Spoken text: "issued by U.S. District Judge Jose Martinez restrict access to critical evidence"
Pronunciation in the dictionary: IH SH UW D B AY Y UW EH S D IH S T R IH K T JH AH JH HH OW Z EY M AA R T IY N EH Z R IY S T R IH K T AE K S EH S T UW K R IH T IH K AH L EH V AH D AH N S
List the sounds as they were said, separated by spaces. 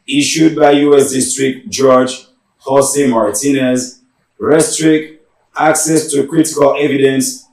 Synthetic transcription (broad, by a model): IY SH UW D B AY Y UW EH S D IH S T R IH K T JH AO JH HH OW S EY M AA R T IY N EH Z R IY S T R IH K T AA K S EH S T UW K R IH T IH K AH L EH V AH D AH N S